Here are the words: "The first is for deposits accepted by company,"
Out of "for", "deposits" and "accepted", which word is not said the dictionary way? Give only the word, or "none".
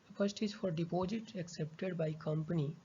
deposits